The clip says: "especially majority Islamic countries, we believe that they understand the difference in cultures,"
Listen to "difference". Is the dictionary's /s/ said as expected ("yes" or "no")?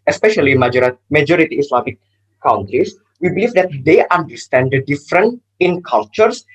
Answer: no